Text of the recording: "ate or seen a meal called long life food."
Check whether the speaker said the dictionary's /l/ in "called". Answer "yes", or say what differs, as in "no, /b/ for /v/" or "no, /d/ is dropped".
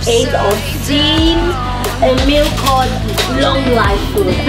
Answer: no, /l/ is dropped